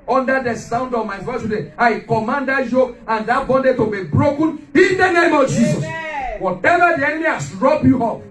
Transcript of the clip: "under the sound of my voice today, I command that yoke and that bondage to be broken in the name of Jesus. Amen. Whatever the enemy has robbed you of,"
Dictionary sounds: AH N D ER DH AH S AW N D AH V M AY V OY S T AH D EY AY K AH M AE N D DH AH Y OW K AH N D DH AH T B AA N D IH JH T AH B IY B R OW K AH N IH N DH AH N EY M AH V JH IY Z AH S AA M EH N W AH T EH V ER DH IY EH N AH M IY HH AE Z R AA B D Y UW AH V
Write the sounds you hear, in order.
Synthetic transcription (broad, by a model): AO N D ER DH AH S AW N D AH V M AY F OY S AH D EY AY K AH M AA N D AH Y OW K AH N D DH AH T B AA N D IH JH T AH B IY B R OW K AH N IH N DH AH N EY M AH V JH IY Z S AA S W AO T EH V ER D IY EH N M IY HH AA S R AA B Y UW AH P